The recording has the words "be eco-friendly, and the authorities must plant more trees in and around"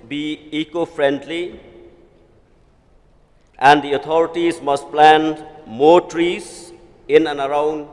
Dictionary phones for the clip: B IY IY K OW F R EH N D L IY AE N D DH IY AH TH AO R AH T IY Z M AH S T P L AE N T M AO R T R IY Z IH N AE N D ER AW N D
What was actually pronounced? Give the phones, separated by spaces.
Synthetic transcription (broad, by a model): B IY IY K OW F R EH N D L IY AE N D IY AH T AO R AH T IY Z M AH S T P L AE N M AO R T R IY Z IH N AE N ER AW N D